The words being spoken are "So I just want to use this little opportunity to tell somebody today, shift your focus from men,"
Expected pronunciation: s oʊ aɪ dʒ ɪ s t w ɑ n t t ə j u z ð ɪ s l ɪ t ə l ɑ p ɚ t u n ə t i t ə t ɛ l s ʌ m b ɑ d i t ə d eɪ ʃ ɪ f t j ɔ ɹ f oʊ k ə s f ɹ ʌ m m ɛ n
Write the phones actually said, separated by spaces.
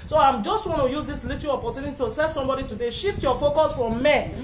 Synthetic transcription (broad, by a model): s oʊ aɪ dʒ ɪ s t w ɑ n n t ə j u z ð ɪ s l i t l ɑ p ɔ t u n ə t i t ə s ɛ s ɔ m b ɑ d i t ə d eɪ ʃ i f t j ɔ f oʊ k ə s f ɹ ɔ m m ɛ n